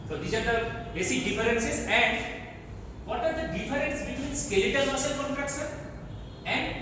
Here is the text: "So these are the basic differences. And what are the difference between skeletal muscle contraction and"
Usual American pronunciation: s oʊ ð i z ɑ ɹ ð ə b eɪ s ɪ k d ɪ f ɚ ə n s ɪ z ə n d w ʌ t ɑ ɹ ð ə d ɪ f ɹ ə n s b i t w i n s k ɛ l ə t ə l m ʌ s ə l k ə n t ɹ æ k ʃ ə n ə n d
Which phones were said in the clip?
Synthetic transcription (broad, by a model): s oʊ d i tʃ ɑ ɹ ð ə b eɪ s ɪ d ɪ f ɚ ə n s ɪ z ə n d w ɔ t ɑ ɹ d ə d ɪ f ɹ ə n s b i t w i n s k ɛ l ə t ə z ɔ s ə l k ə n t ɹ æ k s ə ə n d